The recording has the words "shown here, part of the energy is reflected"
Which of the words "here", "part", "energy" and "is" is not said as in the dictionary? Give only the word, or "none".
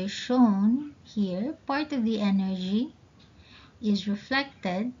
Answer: none